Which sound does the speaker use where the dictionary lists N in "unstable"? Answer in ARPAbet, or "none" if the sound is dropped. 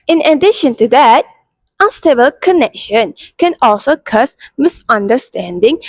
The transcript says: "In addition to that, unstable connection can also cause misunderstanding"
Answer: none